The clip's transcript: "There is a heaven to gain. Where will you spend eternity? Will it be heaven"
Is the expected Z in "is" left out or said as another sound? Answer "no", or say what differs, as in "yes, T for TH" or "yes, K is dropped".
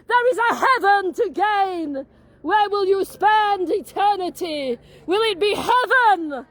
no